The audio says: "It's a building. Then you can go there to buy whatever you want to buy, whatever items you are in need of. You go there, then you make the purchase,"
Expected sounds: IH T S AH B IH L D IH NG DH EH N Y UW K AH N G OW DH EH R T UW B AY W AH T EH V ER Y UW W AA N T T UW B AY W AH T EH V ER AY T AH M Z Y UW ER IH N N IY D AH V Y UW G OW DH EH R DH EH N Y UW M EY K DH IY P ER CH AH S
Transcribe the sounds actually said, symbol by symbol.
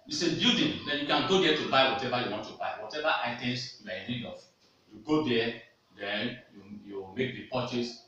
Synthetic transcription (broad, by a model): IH S AH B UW D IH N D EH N Y UW K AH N G OW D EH T UW B AY W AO T EH V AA Y UW W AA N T T UW B AY W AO T EH V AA AY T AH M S Y UW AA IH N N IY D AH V Y UW G OW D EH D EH N Y UW M EY K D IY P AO CH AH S